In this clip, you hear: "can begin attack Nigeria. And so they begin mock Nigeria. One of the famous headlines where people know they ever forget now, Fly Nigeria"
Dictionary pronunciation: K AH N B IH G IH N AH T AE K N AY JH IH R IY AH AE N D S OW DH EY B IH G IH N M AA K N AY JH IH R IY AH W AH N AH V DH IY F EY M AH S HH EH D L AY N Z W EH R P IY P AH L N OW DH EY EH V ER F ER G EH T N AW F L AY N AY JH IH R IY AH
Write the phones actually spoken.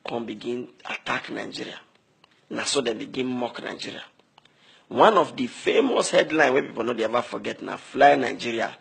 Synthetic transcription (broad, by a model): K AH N B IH G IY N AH T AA K N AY JH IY R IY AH N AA S OW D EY B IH G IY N M AA K N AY JH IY R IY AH W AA N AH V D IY F EY M AH S HH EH D L AY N W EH P IY P AH L N OW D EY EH V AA F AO G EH T N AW F L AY N AY JH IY R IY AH